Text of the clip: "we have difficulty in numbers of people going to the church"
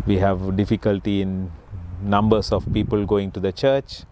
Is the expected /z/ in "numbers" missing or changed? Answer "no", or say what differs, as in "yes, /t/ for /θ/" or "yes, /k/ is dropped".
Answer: yes, /s/ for /z/